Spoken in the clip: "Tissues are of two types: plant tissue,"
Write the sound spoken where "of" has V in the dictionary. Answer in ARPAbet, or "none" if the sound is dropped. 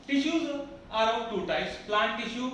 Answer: P